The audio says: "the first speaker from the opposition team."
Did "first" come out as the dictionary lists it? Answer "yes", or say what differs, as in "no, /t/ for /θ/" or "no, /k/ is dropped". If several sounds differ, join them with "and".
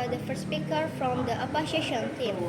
no, /s/ is dropped